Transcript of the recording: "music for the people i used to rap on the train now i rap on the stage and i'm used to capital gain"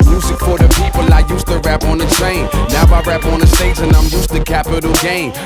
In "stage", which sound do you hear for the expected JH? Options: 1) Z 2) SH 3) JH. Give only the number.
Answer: 1